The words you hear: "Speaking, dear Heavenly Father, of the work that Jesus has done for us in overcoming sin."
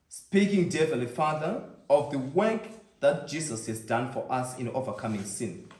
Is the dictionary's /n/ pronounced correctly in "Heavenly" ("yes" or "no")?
no